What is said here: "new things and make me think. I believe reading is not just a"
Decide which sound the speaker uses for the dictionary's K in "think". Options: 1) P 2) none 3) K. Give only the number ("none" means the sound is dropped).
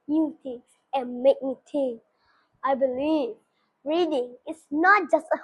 2